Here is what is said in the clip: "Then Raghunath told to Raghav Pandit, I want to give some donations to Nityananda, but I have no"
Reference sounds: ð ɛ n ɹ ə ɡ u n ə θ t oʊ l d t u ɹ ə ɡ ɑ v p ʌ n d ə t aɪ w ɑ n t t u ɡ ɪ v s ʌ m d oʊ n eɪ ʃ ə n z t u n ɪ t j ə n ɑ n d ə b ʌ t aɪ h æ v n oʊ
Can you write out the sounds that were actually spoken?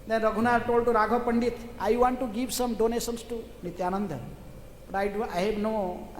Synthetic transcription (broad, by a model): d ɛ n ɹ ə ɡ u n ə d t oʊ l d t u ɹ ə ɡ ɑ p ʌ n d ə t aɪ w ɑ n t t u ɡ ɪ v s ʌ m d oʊ n eɪ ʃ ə n s t u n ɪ t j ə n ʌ n d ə b ʌ t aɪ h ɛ b n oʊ